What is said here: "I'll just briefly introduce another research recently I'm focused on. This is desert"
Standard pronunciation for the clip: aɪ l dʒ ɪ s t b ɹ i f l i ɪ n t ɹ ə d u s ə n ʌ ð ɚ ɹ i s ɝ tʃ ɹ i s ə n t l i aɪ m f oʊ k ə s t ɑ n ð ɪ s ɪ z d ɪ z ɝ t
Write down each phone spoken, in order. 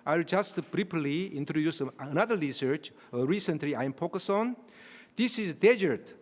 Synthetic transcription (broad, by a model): aɪ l dʒ ɪ s t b ɹ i p l i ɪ n t ɹ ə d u s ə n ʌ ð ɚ ɹ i s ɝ tʃ ɹ i s ə n t l i aɪ m p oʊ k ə s ɑ n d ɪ s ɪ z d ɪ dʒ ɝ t